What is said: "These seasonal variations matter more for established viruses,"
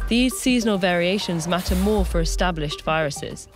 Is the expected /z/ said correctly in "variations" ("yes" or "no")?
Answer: yes